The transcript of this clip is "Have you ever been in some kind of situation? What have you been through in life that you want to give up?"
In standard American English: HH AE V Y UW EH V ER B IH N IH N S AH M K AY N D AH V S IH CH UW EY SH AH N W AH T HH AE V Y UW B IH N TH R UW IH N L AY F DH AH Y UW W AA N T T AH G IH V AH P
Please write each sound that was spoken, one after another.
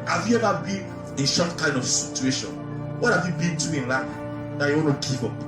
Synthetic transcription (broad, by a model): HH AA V Y UW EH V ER B IH N IH N SH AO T K AY N D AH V S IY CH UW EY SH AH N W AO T HH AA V Y UW B IH N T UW IH N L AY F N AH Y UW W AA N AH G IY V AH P